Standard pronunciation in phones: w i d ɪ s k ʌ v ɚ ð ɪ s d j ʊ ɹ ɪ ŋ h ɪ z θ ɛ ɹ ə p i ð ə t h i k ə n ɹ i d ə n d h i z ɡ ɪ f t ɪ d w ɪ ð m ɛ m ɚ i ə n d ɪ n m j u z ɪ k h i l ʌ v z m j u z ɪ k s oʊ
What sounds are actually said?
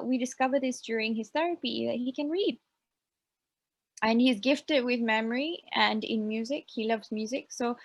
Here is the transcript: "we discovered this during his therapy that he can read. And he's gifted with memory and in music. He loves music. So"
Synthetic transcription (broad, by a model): w i d ɪ s k ʌ v ɚ ð ɪ s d j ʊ ɹ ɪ ŋ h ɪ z θ ɛ ɹ ə p i ð ə t h i k ə n ɹ i d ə n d h i z ɡ ɪ f t ɪ d w ɪ ð m ɛ m ɚ i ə n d ɪ n m j u z ɪ k h i l ʌ v z m j u z ɪ k s oʊ